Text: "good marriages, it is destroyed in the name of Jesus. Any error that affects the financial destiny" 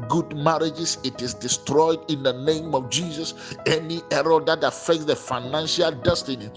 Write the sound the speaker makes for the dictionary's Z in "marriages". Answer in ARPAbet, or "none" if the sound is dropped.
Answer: S